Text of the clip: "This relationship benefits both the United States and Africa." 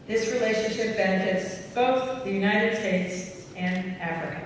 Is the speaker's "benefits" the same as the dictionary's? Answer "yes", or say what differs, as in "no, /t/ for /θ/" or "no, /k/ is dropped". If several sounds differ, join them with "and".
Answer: yes